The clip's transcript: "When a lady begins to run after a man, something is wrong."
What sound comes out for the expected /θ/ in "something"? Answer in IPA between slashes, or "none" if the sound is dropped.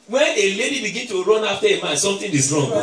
/t/